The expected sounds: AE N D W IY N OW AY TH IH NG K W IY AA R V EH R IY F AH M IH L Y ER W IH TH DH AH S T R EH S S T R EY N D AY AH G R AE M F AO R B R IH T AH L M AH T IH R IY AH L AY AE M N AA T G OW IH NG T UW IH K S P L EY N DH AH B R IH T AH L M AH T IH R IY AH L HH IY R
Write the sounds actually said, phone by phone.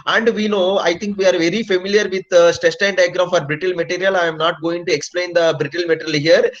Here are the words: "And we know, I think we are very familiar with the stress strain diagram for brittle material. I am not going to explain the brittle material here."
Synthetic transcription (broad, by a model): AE N D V IY N OW AY T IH NG K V IY AA R V EH R IY F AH M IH L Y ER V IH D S T EH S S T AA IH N D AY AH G R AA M F AO R B R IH T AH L M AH T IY R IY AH L AY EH M N AA T G OW IH NG T UW IH K S P L EY N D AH B R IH T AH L M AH T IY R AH L HH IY R